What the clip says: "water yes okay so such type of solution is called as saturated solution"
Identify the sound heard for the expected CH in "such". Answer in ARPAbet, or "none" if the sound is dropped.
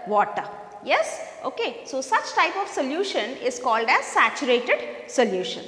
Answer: CH